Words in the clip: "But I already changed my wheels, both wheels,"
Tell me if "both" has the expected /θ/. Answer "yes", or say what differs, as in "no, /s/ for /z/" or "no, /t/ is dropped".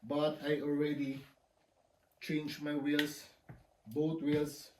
no, /t/ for /θ/